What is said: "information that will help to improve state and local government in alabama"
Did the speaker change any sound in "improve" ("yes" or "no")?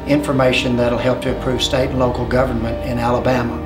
yes